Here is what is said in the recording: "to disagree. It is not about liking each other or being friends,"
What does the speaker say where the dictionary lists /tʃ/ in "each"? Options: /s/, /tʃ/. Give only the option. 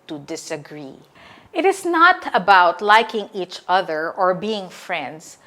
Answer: /tʃ/